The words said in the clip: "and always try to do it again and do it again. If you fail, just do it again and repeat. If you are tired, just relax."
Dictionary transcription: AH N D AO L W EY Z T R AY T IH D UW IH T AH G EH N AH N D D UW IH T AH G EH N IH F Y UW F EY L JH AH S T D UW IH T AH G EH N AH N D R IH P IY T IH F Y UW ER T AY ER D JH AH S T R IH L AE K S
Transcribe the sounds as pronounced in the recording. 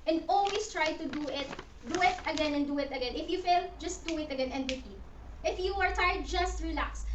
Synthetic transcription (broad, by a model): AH N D AO L W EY S T R AY T IH D UW IH T AH G EH N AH N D D UW IH T AH G EH N IH F Y UW F EY L JH AH S T D UW IH T AH G EH N AH N D W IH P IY T IH F Y UW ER T AY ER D JH AH S T R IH L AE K S